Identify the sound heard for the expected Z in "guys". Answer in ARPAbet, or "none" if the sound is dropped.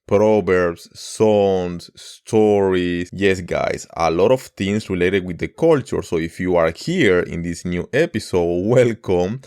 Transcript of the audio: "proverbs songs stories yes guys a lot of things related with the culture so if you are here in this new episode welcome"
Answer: S